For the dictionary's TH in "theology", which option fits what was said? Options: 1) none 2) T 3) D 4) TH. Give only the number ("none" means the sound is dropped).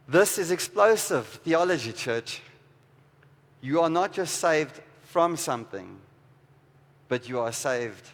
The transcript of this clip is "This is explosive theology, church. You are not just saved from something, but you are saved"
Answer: 4